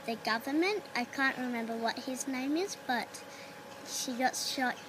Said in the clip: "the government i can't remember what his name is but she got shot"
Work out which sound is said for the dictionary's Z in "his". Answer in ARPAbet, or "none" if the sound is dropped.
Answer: Z